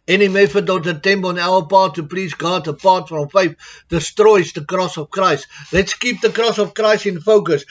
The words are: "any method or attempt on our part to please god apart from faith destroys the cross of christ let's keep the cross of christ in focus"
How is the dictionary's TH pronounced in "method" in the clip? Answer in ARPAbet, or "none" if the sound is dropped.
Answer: F